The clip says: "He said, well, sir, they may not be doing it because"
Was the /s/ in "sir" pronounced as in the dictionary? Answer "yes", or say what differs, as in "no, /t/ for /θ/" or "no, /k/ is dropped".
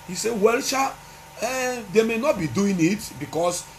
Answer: no, /ʃ/ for /s/